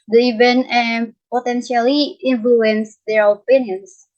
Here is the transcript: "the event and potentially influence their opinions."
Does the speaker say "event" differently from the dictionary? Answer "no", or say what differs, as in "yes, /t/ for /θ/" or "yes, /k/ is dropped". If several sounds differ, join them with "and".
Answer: yes, /t/ is dropped